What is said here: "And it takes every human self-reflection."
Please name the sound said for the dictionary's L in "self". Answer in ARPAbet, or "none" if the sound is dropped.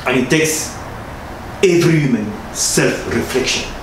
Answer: L